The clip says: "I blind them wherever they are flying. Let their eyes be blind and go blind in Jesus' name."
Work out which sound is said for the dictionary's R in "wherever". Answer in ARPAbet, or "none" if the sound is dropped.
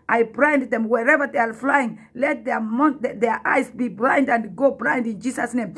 R